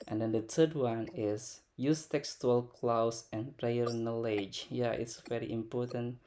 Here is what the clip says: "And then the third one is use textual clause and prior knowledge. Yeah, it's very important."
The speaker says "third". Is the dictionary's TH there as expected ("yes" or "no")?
no